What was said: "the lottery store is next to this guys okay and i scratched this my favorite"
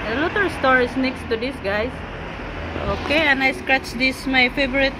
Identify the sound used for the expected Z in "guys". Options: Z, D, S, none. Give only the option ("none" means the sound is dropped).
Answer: S